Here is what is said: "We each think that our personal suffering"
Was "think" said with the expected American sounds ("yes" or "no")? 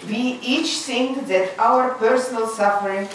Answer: no